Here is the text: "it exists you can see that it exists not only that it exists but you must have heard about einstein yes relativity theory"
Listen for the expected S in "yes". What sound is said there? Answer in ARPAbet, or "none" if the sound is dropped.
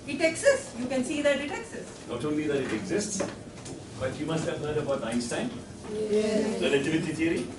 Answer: none